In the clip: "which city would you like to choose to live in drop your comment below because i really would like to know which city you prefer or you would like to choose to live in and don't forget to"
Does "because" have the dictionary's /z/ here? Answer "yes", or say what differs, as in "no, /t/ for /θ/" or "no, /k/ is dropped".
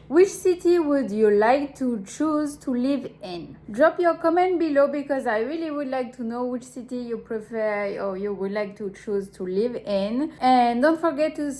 yes